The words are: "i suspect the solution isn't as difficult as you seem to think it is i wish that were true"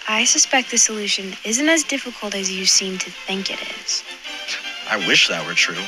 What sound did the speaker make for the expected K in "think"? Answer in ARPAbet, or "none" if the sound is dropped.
K